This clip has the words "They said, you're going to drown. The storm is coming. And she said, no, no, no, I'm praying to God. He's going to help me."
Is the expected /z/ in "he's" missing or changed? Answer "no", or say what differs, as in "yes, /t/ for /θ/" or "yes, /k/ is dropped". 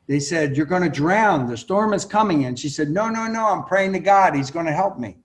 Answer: no